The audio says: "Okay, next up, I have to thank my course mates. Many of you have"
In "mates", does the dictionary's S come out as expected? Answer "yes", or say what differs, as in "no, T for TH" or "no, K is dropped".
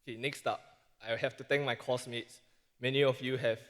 yes